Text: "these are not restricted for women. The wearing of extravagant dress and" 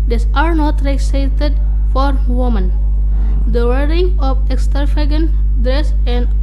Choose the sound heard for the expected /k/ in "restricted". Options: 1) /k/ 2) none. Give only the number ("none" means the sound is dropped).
2